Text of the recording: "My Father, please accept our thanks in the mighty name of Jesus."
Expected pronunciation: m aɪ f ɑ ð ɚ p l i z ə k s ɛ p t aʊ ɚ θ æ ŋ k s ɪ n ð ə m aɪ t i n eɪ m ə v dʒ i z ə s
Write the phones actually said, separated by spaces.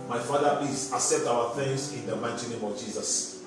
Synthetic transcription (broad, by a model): m aɪ f ɑ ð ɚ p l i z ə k s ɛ p t aʊ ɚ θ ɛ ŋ s ɪ n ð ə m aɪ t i n eɪ m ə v dʒ i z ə s